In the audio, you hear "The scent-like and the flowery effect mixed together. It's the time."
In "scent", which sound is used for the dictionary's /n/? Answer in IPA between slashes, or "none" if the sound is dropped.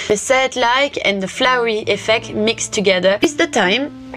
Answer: none